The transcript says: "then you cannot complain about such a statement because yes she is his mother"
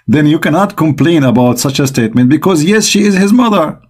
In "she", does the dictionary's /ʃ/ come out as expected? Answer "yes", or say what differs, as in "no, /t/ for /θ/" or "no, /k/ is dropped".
yes